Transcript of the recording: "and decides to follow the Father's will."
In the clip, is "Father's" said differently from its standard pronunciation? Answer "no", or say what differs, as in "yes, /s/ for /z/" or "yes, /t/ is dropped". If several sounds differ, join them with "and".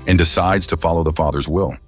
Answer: no